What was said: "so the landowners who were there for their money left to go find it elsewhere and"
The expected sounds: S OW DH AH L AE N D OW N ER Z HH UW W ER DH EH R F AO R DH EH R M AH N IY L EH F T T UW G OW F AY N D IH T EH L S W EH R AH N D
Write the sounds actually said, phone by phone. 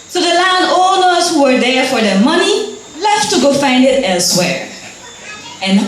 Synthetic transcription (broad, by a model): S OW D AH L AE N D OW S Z HH UW W ER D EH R F AO R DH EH M AH N IY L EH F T T UW G OW F AY N D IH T EH L S W EH R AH N